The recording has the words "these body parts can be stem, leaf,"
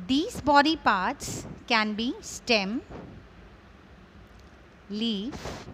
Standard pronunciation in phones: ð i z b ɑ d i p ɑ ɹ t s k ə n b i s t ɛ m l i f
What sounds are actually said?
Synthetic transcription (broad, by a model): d i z b ɑ d i p ɑ ɹ t s k ə n b i s t ɛ m l i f